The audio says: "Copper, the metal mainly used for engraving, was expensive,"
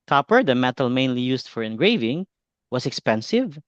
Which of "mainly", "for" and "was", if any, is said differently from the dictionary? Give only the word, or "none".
was